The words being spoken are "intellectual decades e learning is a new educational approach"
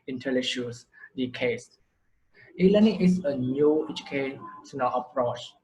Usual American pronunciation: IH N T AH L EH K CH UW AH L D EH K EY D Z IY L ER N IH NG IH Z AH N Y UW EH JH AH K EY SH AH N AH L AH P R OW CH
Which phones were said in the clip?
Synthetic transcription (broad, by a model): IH N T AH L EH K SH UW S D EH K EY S IY L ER N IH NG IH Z AH N Y UW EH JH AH K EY S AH N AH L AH P R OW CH